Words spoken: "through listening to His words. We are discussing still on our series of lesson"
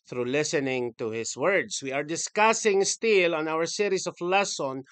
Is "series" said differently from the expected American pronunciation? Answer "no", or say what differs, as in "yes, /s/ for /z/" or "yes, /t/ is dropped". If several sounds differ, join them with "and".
yes, /s/ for /z/